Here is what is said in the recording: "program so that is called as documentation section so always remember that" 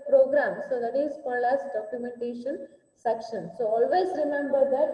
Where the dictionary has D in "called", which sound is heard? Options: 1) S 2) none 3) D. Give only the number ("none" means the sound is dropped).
2